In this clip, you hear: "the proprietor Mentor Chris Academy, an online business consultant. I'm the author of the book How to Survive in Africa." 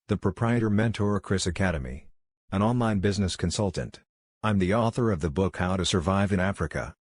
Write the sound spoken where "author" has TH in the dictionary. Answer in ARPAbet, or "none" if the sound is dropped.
TH